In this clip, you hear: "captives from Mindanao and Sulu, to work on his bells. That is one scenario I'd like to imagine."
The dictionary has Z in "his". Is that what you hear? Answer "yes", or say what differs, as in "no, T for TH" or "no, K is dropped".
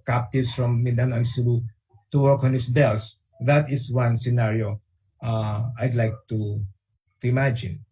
no, S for Z